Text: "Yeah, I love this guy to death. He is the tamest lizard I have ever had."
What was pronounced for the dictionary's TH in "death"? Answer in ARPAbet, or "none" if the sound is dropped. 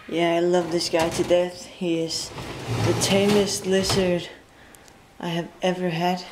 TH